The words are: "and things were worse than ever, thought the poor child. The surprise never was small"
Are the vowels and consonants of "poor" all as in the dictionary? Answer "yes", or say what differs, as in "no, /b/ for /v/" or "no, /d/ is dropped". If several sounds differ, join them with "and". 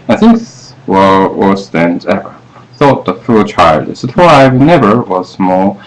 no, /f/ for /p/ and /l/ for /ɹ/